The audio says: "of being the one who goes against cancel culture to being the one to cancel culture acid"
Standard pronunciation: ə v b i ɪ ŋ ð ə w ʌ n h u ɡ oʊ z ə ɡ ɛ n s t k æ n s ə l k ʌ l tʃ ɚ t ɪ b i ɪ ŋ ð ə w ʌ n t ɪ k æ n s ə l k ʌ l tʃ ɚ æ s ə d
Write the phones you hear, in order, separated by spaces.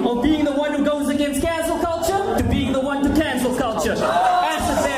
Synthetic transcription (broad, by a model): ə b i ɪ ŋ ð ə w ʌ n h u ɡ oʊ z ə ɡ ɛ n s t k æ n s l k ʌ l tʃ ɚ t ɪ b i ɪ ŋ ð ə w ʌ n t ɪ k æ n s l k ʌ l tʃ ɚ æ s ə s